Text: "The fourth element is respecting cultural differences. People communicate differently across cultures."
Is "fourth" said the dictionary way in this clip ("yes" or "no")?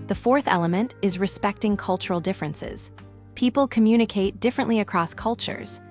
yes